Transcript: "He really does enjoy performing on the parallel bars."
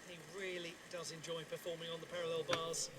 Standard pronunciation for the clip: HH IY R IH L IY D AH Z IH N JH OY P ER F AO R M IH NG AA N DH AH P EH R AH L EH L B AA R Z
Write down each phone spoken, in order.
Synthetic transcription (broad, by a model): HH IY R IH L IY D AH Z IH N JH OY P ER F AO M IH NG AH N DH AH P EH R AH L EH L B AA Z